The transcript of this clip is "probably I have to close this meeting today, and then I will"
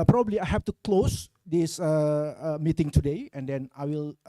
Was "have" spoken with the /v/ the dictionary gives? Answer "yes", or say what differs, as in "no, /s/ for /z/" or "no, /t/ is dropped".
no, /f/ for /v/